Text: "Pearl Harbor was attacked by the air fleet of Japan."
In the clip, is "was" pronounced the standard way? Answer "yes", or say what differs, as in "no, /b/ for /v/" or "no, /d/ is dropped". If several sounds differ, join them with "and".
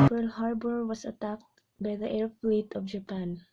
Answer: no, /s/ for /z/